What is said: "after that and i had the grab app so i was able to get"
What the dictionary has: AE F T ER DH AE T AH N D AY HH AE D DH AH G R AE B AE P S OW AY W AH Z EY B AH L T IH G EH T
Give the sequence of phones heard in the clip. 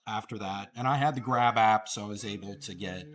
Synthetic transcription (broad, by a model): AE F T ER DH AE T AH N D AY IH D DH AH G R AE B AE P S OW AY W AH Z EY B L T IH G EH T